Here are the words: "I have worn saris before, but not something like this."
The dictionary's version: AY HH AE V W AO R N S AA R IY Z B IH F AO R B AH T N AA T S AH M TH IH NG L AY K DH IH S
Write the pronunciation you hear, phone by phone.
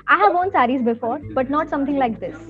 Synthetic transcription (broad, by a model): AY HH AE V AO N S AA R IY Z B IH F AO R B AH T N AA T S AH M T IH NG L AY K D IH S